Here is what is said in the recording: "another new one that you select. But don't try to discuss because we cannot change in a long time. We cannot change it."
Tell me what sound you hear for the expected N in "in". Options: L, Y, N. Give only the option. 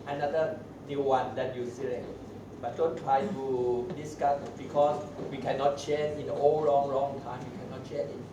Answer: L